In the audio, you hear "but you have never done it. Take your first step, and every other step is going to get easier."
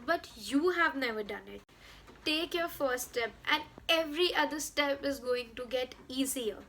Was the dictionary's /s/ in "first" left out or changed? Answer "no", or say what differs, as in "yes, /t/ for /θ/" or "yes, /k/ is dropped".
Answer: yes, /s/ is dropped